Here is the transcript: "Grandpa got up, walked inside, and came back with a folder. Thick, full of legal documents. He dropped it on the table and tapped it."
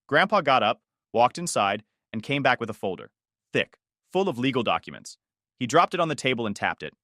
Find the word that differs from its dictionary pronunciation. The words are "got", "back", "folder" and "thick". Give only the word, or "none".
none